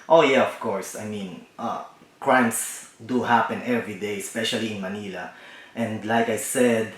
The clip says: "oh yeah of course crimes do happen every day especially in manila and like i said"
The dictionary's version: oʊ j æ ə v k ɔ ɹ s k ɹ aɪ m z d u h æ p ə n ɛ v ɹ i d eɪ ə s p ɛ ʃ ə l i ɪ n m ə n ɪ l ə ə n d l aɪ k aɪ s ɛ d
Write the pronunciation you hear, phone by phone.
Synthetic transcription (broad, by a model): oʊ j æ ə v k ɔ ɹ s k ɹ aɪ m s d u h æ p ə n ɛ v ɹ i d eɪ ə s p ɛ ʃ ə l i ɪ n m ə n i l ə ə n d l aɪ k aɪ s ɛ d